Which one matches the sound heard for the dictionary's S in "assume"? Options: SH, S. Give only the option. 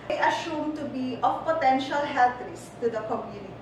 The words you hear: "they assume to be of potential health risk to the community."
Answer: SH